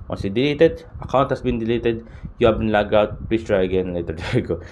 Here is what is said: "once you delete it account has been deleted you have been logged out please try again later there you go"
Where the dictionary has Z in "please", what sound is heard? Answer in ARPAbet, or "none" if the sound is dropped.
S